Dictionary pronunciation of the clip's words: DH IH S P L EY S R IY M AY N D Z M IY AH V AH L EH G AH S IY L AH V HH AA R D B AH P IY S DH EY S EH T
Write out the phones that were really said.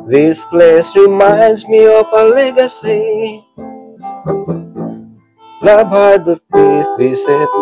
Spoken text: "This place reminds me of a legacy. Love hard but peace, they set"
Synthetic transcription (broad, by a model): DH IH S P L EY S R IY M AY N D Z M IY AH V AH L EH G AH S IY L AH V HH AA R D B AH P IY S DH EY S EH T